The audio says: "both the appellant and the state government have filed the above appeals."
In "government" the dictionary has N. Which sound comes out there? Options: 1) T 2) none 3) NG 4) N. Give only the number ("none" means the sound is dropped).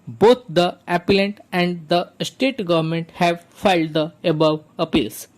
4